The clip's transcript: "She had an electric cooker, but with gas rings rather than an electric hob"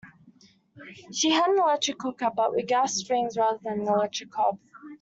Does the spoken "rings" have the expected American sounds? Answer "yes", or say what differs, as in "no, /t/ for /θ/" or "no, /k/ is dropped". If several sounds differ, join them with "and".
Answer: yes